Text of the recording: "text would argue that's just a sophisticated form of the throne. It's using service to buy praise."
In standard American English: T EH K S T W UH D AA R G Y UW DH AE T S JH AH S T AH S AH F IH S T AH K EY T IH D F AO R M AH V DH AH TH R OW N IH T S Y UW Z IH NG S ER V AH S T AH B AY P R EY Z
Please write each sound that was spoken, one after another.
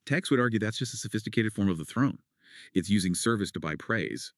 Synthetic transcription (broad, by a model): T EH K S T W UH D AA R G Y UW DH AE T S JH AH S T AH S AH F IH S T AH K EY T IH D F AO R M AH V DH AH TH R OW N IH T S Y UW Z IH NG S ER V AH S T AH B AY P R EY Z